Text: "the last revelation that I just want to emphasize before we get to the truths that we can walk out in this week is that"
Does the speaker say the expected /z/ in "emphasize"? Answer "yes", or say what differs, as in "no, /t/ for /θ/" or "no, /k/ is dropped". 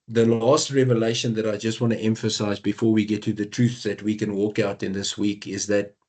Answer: yes